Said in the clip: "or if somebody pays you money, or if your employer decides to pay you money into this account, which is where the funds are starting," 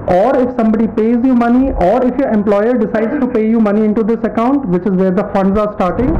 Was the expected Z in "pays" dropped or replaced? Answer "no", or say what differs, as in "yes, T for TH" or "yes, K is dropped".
no